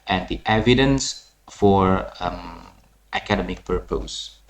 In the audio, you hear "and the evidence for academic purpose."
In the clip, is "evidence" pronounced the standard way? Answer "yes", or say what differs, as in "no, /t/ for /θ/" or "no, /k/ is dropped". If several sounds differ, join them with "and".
yes